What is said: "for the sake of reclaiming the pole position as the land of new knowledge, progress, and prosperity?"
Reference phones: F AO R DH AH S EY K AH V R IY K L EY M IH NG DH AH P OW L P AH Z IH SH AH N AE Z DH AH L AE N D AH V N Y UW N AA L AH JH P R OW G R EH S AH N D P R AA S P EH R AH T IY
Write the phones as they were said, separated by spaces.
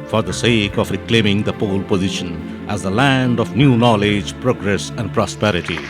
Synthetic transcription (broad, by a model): F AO R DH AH S EY K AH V R IY K L EY M IH NG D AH P OW L P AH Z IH SH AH N AE Z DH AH L AE N D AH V N Y UW N AA L AH JH P R OW G R EH S AH N D P R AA S P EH R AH T IY